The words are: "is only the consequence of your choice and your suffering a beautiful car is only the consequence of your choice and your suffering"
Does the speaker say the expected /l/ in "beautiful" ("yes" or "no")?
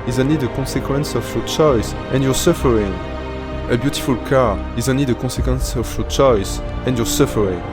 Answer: yes